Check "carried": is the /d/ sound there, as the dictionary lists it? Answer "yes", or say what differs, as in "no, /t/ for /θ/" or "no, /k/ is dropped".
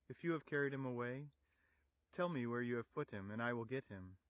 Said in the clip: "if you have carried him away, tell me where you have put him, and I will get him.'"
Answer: yes